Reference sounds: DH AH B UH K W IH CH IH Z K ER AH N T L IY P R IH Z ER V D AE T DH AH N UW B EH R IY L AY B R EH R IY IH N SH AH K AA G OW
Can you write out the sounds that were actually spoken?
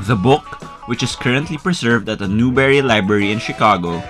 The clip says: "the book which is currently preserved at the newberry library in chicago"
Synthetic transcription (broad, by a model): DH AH B UH K W IH CH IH S K ER AH N T L IY P R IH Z ER V D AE T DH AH N UW B EH R IY L AY B R EH R IY IH N SH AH K AA G OW